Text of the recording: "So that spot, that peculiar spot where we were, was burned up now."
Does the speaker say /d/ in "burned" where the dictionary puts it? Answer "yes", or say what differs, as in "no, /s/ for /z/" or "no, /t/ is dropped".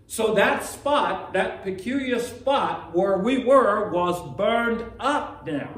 yes